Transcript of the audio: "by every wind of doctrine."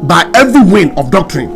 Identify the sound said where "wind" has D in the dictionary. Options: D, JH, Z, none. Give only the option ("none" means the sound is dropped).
none